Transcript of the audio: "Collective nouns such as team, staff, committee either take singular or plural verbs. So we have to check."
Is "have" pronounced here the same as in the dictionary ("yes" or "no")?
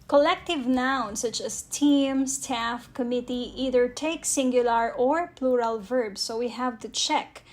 yes